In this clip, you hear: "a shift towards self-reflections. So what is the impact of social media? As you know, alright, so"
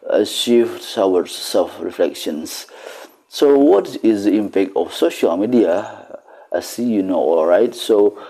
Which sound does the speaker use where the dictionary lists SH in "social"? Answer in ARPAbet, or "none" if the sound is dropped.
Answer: SH